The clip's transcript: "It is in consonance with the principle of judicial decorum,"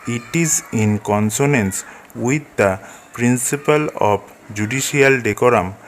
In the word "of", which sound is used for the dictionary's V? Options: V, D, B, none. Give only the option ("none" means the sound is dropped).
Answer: B